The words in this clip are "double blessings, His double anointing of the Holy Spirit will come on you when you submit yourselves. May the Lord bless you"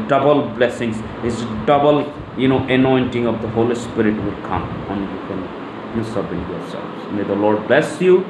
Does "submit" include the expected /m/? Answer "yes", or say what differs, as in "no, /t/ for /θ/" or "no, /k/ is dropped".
no, /m/ is dropped